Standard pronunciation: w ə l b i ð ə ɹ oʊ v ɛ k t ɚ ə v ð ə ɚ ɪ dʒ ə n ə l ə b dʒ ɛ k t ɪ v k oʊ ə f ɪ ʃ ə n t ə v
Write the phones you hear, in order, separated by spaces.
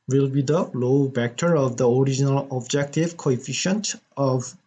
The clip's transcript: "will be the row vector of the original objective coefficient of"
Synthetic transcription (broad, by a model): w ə l b i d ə l oʊ b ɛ k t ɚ ə v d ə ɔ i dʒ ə n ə l ə b dʒ ɛ k t ɪ v k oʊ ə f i ʃ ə n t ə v